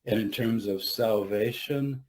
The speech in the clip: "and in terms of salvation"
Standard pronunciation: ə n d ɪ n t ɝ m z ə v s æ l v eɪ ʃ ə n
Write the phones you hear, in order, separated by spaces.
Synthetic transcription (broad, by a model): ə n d ɪ n t ɝ m z ə v s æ l v eɪ ʃ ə n